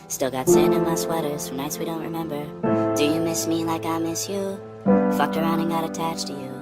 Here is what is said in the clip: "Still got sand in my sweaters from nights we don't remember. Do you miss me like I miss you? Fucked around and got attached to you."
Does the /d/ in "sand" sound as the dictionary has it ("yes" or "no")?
no